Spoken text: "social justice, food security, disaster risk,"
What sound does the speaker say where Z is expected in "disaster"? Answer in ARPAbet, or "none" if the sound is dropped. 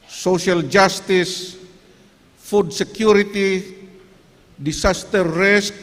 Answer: S